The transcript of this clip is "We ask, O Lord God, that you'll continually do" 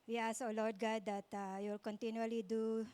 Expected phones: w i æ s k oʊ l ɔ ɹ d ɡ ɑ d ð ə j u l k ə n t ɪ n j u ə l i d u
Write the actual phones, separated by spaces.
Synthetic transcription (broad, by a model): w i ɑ s oʊ l ɔ ɹ d ɡ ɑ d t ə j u l k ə n t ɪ n j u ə l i d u